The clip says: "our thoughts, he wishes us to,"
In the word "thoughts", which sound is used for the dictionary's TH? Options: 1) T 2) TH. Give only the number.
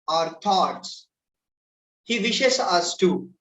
1